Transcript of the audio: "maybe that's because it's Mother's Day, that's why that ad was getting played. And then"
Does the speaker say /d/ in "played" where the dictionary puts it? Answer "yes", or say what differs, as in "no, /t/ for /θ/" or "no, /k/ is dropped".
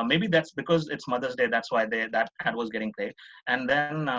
no, /d/ is dropped